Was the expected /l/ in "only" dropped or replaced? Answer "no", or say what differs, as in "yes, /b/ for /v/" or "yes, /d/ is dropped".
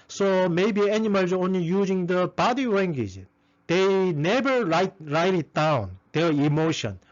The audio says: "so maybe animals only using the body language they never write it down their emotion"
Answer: no